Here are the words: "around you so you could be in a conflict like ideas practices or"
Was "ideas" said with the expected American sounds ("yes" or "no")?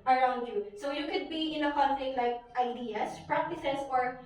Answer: no